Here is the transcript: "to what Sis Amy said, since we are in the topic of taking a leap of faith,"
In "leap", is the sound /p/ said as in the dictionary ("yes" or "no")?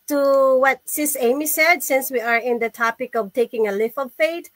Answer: no